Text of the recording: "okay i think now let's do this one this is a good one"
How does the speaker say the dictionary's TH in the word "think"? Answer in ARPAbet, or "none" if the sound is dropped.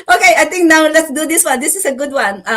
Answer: T